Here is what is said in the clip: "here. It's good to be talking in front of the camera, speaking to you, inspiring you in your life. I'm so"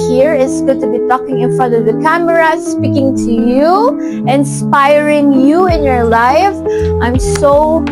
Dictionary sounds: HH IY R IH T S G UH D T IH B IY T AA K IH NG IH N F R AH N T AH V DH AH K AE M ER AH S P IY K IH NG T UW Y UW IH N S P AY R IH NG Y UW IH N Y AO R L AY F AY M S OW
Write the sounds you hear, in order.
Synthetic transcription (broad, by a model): HH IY R IH T S G UH D T IH B IY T AA K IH NG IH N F AH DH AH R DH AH K AE M ER AH S P IY K IH NG T UW Y UW IH N S P AY R IH NG Y UW IH N Y AO R L AY F AY M S OW